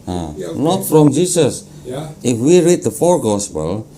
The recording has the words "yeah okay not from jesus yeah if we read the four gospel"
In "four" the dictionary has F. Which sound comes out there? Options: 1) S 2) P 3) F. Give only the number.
3